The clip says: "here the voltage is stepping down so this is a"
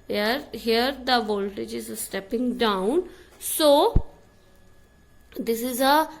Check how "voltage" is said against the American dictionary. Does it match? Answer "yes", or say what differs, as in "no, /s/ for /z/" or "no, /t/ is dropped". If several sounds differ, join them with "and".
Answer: yes